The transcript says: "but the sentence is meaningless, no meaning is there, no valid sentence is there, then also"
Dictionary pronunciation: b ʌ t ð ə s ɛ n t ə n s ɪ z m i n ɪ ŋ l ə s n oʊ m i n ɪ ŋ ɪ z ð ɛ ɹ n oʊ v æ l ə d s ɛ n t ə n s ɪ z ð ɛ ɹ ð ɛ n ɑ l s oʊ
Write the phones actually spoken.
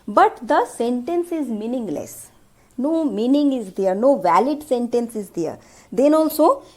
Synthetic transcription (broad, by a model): b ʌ t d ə s ɛ n t ə n s ɪ z m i n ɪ ŋ l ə s n oʊ m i n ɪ ŋ ɪ z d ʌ ɹ n oʊ v æ l ə d s ɛ n t ə n s ɪ z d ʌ ɹ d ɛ n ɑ l s oʊ